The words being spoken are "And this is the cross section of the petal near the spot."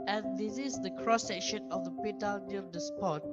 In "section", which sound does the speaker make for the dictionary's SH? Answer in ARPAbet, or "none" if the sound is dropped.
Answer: SH